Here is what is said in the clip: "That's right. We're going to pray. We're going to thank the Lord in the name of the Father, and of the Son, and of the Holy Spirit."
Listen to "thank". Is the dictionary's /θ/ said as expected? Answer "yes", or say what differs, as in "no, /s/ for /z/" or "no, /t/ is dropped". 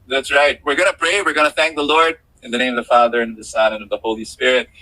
yes